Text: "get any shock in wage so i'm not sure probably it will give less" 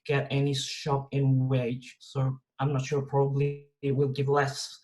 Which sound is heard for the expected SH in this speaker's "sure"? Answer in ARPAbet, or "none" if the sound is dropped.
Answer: SH